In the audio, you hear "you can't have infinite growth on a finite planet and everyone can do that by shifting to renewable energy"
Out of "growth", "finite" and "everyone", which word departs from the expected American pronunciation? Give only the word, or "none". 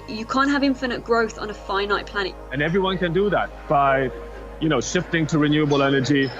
none